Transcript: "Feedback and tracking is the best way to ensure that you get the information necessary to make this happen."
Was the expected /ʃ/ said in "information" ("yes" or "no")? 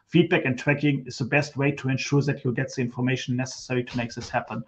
no